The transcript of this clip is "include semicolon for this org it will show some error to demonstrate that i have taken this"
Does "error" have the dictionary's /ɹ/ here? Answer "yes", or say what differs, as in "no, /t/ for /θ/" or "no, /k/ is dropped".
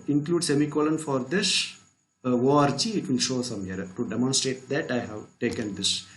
no, /ɹ/ is dropped